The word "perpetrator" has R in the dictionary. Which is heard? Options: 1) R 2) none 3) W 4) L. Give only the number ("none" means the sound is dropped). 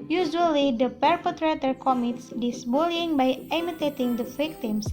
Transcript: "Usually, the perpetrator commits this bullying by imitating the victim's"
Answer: 1